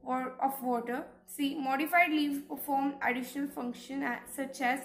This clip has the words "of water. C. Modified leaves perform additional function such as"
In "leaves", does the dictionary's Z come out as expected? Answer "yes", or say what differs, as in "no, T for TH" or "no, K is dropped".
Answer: no, Z is dropped